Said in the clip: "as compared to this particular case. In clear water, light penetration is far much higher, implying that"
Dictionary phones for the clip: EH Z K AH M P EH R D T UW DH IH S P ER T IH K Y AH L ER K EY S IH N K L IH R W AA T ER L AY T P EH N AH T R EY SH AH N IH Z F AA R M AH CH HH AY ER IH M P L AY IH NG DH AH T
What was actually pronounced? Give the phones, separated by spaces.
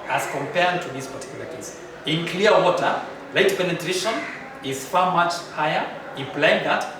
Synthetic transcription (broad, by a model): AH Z K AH M P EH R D T UW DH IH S P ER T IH K Y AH L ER K EY S IH N K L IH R W AA T ER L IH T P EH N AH T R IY SH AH N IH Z F AA R M AH CH HH AY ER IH P L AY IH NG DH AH T